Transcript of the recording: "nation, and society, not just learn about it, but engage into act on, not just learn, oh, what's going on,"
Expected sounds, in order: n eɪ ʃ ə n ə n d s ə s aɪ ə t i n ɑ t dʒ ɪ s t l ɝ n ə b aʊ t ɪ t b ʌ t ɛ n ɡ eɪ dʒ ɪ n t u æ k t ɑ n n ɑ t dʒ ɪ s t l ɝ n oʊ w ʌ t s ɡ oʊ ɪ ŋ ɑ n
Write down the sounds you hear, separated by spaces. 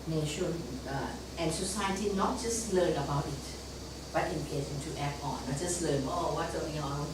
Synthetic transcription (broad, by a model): n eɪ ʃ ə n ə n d s ə s aɪ ə t i n ɑ t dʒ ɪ s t l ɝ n ə b aʊ t ɪ t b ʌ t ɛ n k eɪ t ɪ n t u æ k ɑ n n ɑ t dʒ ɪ s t l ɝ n oʊ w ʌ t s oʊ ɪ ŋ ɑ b